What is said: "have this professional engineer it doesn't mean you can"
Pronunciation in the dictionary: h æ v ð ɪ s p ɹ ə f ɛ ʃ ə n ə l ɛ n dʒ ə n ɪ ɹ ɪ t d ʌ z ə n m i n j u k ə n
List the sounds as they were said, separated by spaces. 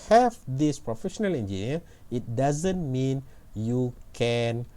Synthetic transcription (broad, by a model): h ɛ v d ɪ s p ɹ ə f ɛ ʃ ə n ə l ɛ n dʒ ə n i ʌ ɪ t d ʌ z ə n m i n j u k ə n